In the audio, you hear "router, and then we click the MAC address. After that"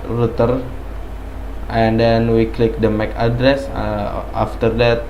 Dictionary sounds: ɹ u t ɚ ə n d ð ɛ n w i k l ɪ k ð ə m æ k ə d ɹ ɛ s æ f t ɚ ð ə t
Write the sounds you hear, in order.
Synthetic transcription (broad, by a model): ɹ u t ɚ ə n d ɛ n w i k l ɪ k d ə m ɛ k ə d ɹ ɛ s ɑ f t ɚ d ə t